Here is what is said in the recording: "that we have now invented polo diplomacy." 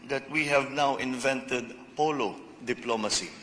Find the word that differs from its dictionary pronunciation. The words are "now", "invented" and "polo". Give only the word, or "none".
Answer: none